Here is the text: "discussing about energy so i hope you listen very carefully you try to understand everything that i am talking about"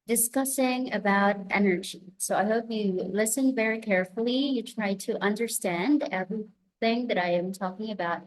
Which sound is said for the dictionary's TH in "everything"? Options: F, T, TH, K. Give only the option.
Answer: TH